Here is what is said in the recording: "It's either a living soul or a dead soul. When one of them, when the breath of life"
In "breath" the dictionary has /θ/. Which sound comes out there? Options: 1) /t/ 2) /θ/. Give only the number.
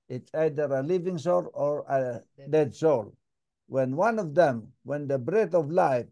1